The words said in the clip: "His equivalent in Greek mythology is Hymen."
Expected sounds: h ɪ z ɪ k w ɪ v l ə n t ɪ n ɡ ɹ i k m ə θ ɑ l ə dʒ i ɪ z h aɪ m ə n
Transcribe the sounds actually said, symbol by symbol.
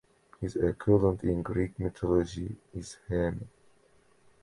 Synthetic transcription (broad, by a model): h ɪ z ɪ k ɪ l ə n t ɪ n ɡ ɹ i k m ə t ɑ l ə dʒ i ɪ z h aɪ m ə